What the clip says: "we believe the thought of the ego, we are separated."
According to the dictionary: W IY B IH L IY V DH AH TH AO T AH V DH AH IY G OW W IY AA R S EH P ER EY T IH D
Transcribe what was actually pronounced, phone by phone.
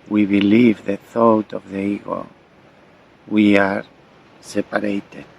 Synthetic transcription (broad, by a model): W IY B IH L IY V DH AH TH AO T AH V DH AH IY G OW W IY AA R S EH P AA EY T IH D